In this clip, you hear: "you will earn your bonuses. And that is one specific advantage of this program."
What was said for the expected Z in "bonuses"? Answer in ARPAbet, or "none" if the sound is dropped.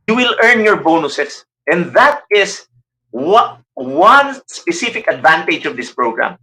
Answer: S